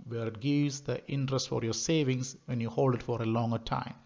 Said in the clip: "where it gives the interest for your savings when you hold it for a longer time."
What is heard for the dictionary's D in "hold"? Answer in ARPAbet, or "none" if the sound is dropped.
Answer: D